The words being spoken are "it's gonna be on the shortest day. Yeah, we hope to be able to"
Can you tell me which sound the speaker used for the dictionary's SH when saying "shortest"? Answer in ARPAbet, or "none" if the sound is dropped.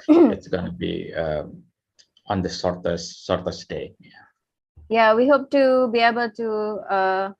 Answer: S